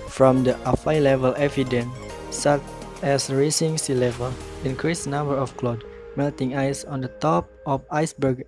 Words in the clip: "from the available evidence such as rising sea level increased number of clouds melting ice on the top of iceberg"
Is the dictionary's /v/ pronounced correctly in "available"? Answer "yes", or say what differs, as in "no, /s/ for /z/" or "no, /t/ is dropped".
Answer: no, /f/ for /v/